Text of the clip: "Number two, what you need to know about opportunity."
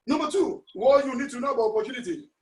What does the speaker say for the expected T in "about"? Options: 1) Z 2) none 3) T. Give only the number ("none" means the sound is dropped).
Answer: 2